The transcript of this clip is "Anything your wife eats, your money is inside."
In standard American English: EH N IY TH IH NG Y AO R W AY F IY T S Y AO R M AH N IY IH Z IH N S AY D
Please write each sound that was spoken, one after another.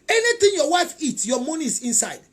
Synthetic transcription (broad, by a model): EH N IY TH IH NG Y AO W AY F IY T Y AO M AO N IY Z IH N S AY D